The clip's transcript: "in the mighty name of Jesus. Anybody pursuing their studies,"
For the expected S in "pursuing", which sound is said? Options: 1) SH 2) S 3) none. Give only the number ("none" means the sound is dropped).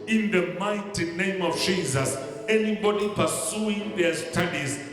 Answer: 2